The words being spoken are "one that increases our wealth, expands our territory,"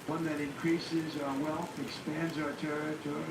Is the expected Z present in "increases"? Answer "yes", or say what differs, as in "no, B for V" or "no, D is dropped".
yes